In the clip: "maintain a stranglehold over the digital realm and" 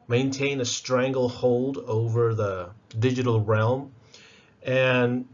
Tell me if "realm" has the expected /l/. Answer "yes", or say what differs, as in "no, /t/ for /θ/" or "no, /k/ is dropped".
yes